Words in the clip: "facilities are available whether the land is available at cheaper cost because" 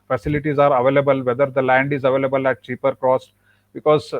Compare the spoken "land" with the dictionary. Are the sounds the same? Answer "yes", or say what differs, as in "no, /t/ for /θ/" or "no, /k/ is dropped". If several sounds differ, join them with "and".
yes